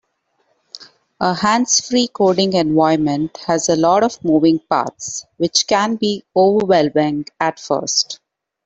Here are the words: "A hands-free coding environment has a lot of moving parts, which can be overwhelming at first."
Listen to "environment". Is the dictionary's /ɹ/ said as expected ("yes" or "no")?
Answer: no